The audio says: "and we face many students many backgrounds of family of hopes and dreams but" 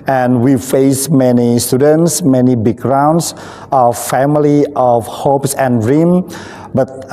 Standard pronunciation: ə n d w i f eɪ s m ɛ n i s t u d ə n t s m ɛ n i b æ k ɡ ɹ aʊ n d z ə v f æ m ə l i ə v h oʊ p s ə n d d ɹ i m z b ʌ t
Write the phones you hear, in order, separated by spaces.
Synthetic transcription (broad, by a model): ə n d w i f eɪ s m ɛ n i s t u d ə n t s m ɛ n i b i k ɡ ɹ aʊ n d s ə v f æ m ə l i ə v h oʊ p s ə n ɹ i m b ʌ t